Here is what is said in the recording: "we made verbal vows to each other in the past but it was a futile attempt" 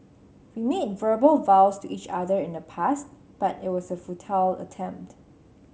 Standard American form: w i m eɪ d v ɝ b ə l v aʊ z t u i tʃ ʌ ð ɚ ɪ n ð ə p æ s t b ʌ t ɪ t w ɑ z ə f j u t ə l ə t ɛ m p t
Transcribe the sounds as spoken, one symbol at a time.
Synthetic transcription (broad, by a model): w i m eɪ d v ɝ b ə l v aʊ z t u i tʃ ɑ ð ɚ ɪ n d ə p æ s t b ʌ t ɪ t w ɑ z ə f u t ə l ə t ɛ m p t